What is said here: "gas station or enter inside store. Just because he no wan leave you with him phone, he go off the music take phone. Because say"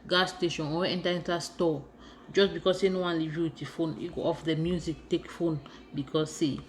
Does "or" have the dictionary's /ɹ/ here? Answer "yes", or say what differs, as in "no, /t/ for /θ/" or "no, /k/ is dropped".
no, /w/ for /ɹ/